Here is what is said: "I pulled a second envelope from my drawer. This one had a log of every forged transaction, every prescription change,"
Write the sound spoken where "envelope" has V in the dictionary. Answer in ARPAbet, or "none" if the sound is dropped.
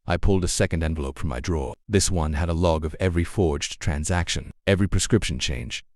V